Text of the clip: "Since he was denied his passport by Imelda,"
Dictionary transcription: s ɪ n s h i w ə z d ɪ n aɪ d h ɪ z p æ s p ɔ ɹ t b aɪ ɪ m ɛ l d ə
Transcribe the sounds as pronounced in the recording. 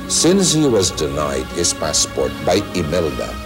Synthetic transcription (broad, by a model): s ɪ n s h i w ə z d ɪ n aɪ d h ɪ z p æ s p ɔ ɹ t b aɪ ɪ m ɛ l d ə